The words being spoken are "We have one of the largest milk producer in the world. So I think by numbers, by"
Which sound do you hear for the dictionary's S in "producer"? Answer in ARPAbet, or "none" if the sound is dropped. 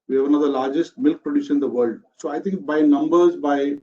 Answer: SH